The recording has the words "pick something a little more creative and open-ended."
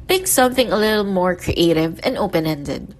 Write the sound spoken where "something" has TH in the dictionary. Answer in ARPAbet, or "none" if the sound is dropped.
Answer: TH